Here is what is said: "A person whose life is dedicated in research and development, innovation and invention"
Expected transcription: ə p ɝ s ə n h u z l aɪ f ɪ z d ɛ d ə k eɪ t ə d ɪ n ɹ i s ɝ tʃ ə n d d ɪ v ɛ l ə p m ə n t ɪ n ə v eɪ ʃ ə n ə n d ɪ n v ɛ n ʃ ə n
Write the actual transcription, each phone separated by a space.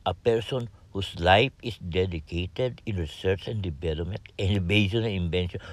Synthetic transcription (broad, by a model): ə p ɝ s ə n h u s l aɪ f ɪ s d ɛ d ə k eɪ t ə d ɪ n ɹ i s ɝ tʃ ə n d d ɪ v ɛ l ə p m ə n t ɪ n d b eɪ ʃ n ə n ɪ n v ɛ n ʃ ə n